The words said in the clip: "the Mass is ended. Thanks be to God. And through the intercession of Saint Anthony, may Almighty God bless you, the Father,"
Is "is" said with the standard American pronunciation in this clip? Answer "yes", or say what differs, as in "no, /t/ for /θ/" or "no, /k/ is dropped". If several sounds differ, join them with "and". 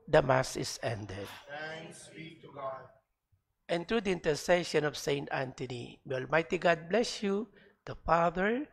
no, /s/ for /z/